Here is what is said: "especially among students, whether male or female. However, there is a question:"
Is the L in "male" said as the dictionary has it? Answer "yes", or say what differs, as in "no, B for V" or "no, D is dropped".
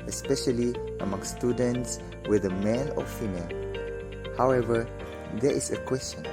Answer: yes